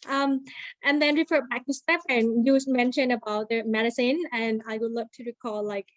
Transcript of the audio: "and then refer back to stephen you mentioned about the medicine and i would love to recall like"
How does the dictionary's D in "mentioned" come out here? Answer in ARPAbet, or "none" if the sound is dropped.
none